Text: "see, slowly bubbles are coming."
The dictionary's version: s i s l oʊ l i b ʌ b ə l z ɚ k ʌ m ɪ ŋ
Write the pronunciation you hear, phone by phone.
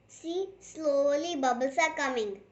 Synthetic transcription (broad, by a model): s i s l oʊ l i b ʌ b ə l s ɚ k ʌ m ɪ ŋ